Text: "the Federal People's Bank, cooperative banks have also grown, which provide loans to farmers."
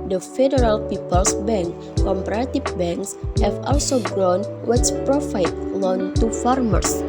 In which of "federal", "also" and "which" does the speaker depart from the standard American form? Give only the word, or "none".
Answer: which